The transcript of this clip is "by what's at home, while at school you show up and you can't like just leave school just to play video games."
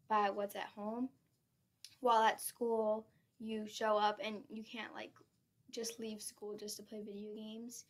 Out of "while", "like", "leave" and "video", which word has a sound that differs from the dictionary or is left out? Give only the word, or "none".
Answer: none